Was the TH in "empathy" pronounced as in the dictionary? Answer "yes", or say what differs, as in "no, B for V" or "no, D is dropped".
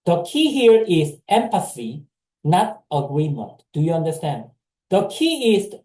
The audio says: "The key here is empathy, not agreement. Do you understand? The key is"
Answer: no, S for TH